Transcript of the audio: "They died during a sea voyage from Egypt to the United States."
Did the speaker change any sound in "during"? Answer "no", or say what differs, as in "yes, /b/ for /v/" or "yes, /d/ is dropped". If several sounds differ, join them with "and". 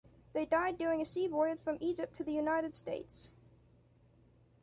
yes, /ɹ/ is dropped